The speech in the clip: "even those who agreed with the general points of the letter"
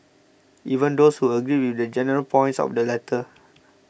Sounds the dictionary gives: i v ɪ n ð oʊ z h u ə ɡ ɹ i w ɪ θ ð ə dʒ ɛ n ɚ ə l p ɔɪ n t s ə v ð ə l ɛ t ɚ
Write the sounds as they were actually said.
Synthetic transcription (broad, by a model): i v ɪ n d oʊ s h u ə ɡ ɹ i w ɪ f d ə dʒ ɛ n ɚ ə l p ɔɪ n t s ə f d ə l ɛ t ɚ